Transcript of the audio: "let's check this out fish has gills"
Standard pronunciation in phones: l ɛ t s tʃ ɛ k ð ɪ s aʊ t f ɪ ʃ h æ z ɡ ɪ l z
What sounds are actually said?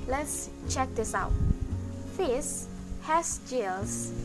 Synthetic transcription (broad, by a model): l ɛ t s tʃ ɛ k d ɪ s aʊ t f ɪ s h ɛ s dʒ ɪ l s